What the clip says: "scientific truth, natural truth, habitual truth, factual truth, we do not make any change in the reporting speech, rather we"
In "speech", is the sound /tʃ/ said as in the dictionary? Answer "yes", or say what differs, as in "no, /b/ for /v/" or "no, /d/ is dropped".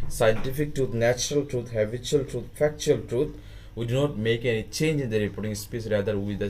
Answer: no, /s/ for /tʃ/